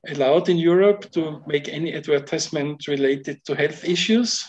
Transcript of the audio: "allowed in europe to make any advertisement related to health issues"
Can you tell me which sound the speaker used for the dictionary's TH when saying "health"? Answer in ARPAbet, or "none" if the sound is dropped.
TH